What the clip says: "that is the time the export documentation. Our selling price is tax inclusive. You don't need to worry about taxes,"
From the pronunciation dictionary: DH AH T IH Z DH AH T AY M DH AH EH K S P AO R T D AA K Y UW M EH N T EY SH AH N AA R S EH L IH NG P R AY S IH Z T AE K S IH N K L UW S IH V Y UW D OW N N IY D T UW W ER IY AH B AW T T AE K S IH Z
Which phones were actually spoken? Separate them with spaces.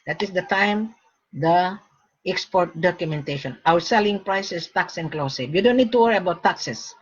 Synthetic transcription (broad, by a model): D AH T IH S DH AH T AY M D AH EH K S P AO R T D AA K Y UW M EH N T EY SH AH N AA W S EH L IH NG P R AY S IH S T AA K S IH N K L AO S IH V Y UW D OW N N IY D T UW W ER IY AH B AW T T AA K S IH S